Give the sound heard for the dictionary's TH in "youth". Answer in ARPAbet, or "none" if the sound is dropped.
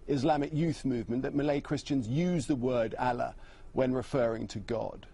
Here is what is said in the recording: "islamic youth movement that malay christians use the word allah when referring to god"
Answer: TH